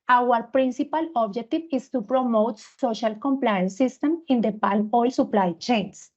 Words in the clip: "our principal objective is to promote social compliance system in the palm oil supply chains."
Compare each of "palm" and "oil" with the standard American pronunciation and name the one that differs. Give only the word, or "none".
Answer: palm